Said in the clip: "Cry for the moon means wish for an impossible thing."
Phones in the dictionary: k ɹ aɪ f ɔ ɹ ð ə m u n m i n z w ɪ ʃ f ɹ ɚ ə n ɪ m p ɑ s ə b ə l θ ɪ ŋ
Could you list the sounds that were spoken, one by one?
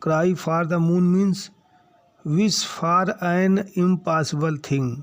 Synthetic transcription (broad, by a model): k ɹ aɪ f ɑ ɹ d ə m u n m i n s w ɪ s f ɹ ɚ ə n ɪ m p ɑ s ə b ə l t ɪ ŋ